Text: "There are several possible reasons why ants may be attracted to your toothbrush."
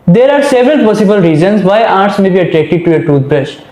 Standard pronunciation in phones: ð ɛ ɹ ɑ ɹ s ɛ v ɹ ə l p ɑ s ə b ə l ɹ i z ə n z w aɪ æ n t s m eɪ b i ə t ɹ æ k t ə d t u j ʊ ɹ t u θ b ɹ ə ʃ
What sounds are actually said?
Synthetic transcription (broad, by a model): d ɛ ɹ ɑ ɹ s ɛ v ɹ ə l p ɑ s ə b ə l ɹ i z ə n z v aɪ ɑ t s m eɪ b i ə t ɹ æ k t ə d t u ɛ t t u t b ɹ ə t